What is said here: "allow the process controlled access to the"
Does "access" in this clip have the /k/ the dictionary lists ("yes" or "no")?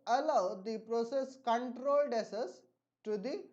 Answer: no